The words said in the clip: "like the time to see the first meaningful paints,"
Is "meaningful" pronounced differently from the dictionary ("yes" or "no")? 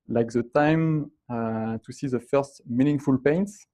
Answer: no